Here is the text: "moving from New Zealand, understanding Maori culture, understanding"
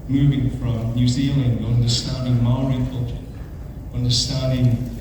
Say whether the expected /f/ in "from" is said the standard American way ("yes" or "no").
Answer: yes